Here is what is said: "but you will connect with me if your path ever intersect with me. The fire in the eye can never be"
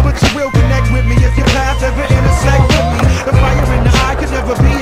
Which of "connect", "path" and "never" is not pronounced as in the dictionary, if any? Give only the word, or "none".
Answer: path